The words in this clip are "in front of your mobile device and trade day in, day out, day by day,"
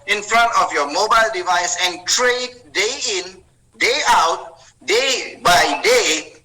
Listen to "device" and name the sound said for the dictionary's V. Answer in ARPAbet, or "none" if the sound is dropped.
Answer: V